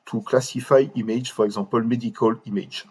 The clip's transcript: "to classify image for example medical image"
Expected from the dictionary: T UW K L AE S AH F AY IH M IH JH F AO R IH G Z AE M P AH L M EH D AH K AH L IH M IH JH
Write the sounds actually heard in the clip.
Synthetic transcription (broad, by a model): T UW K L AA S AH F AY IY M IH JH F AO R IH G Z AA P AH L M EH D AH K AH L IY M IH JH